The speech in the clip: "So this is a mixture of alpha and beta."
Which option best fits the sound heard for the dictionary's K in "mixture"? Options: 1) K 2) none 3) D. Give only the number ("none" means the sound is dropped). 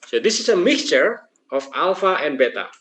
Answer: 1